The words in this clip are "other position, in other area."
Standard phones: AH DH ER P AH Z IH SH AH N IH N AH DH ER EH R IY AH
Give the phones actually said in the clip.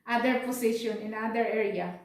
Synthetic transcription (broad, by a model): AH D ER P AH S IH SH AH N IH N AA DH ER EH R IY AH